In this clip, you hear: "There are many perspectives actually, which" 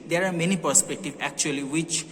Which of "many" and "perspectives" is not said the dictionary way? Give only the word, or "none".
perspectives